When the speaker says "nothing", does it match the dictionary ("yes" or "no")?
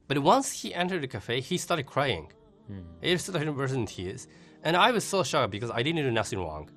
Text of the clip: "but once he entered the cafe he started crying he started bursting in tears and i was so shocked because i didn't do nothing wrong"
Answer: no